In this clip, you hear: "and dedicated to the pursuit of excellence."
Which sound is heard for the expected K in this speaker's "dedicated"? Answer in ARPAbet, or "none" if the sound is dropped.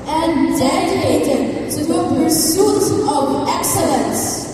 none